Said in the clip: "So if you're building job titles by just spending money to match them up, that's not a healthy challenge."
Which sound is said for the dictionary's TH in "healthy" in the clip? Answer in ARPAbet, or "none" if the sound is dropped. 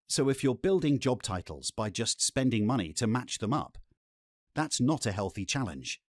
TH